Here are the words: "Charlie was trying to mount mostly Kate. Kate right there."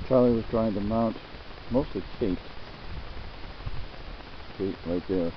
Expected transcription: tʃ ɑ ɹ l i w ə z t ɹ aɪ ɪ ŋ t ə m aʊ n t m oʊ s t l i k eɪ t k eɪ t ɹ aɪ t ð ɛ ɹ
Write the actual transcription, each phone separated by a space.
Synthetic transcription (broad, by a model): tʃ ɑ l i w ə z t ɹ aɪ ɪ ŋ t ə m aʊ n t m oʊ s t l i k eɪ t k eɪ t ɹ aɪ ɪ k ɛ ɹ